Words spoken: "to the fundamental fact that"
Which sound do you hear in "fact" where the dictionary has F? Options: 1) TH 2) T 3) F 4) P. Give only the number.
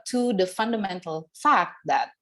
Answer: 3